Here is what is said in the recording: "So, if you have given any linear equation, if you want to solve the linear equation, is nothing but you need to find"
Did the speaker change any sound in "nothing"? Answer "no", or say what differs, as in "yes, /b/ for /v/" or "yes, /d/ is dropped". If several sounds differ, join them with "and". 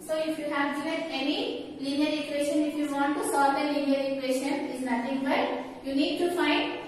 yes, /t/ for /θ/